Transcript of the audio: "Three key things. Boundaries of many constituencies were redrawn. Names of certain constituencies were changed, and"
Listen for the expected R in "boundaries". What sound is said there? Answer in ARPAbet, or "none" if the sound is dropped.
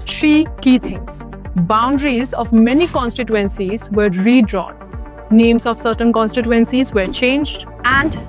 R